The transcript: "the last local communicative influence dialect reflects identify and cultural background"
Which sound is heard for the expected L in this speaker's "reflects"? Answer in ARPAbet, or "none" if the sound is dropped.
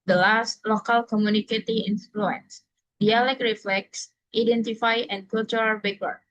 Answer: L